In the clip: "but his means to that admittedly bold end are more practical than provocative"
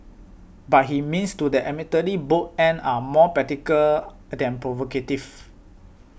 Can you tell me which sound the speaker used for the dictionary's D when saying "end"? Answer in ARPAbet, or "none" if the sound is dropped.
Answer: none